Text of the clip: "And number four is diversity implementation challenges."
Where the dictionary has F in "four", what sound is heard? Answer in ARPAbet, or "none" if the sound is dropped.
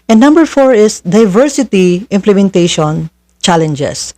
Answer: F